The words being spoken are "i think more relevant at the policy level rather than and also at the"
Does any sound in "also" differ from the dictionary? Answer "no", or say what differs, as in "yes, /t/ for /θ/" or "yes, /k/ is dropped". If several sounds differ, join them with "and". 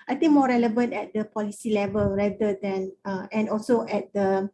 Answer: no